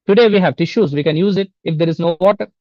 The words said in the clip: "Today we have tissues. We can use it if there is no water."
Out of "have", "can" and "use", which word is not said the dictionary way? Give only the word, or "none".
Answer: none